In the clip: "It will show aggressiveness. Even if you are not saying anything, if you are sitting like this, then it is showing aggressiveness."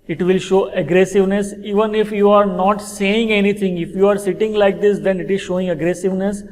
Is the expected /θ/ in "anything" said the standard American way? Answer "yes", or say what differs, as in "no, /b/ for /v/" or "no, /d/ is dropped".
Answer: no, /t/ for /θ/